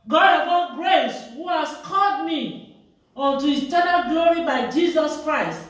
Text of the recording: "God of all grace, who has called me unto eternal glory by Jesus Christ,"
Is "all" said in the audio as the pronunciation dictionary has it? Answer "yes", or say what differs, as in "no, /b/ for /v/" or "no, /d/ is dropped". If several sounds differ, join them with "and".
no, /n/ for /l/